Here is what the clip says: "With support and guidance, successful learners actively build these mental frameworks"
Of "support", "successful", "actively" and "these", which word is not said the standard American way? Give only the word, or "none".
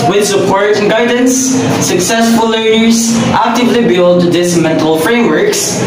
these